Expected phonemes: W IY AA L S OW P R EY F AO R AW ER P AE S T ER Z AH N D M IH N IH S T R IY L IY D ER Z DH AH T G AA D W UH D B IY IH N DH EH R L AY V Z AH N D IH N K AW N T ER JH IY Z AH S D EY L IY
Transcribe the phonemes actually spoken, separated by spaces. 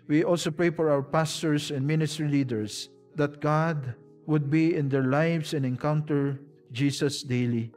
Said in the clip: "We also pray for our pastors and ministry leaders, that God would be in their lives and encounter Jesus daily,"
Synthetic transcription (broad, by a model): W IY AA L S OW P R EY F AO R AW ER P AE S T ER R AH N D M IH N IH S T R IY L IY D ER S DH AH T G AA D W UH D B IY IH N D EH R L AY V S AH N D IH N K AW N T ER JH IY S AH S D EY L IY